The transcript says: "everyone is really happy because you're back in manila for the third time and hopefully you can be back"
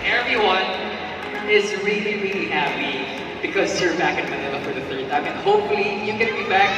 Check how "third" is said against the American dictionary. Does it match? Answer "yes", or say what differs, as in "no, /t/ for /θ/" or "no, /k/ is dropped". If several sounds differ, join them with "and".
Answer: yes